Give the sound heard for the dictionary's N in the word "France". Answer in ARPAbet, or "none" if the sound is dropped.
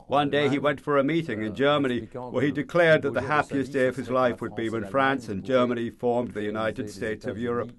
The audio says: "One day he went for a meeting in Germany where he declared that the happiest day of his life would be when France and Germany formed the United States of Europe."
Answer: N